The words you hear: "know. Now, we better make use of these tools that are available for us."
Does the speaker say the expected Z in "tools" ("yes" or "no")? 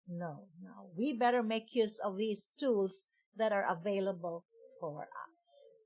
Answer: no